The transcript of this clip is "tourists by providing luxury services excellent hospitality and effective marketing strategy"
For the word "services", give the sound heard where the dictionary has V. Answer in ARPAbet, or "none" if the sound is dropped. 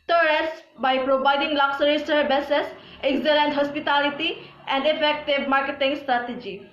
B